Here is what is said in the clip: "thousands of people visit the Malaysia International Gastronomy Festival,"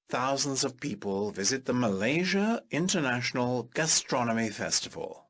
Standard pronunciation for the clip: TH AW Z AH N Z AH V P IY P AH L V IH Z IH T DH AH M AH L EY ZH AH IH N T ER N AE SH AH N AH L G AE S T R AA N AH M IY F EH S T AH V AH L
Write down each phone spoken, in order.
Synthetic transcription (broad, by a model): TH AW Z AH N Z AH V P IY P AH L V IH Z IH T DH AH M AH L EY ZH AH IH N T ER N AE SH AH N AH L G AE S T R AA N AH M IY F EH S T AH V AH L